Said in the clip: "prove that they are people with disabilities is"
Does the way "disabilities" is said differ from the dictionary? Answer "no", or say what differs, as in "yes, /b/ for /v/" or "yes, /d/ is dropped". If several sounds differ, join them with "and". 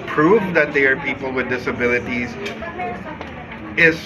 no